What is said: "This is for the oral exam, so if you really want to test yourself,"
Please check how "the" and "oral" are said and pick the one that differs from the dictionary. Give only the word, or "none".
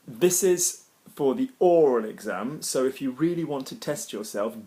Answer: none